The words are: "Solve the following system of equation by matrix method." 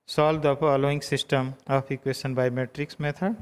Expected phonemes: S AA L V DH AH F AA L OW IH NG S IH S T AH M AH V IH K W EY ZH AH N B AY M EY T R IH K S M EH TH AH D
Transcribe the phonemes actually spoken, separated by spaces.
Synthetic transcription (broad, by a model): S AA L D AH P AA L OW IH NG S IH S T AH M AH P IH K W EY SH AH N B AY M EY T R IH K S M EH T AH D